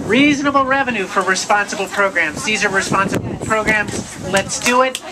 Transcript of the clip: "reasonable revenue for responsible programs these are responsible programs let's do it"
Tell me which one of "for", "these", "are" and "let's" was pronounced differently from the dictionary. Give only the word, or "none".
none